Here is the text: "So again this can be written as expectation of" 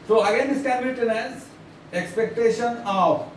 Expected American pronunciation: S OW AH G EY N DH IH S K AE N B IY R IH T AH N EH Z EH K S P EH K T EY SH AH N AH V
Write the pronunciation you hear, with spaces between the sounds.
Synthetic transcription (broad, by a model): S OW AH G EY N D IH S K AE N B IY L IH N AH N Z EH K S P EH K T EY SH AH N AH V